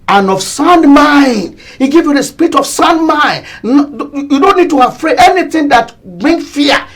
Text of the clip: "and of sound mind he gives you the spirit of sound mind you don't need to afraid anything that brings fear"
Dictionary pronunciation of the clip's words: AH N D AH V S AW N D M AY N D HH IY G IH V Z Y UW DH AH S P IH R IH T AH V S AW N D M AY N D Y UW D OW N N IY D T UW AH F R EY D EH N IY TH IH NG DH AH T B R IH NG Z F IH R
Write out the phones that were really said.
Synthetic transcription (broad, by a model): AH N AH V S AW N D M AY N D HH IY G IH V Y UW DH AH S P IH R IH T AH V S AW N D M AY N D Y UW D OW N N IY D T UW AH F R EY EH N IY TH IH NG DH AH T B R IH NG F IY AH